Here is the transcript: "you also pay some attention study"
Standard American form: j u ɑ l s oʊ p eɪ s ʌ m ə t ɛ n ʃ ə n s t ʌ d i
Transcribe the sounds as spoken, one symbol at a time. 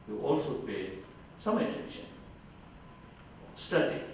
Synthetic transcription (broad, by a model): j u ɑ l s oʊ p eɪ s ʌ m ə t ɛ n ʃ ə n s t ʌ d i